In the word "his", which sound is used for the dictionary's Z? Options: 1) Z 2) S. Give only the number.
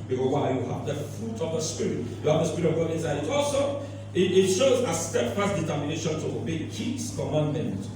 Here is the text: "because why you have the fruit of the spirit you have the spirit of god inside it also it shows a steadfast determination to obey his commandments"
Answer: 2